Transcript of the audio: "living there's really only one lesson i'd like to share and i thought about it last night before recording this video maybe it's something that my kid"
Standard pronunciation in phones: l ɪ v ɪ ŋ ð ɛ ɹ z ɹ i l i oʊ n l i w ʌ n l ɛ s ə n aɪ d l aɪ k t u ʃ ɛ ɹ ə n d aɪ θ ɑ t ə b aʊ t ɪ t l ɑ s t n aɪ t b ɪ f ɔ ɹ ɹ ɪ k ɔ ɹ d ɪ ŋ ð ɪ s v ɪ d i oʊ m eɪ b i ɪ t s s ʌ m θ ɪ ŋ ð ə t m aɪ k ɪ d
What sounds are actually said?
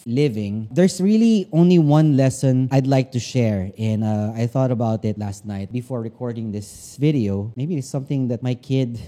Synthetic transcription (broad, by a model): l ɪ v ɪ ŋ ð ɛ ɹ s ɹ i l i oʊ n l i w ʌ n l ɛ s ə n aɪ d l aɪ k t u ʃ ɛ ɹ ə n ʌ aɪ θ ɑ t ə b aʊ t ɪ t l ɑ s t n aɪ t b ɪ f ɔ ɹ ɹ ɪ k ɔ ɹ d ɪ ŋ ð ɪ s v ɪ d i oʊ m eɪ b i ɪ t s s ʌ m θ ɪ ŋ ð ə t m aɪ k ɪ d